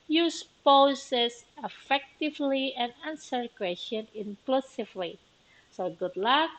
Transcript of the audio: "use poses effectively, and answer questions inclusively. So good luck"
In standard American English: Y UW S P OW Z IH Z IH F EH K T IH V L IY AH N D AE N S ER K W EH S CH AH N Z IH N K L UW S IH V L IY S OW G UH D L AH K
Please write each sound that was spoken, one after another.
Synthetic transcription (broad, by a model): Y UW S P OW S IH S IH F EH K T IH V L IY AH N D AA N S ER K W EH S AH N IH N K L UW S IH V L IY S OW G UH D L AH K